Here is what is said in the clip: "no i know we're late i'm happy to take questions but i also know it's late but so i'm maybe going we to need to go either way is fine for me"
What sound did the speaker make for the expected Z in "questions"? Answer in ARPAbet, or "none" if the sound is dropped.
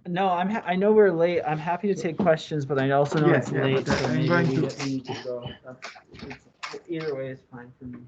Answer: Z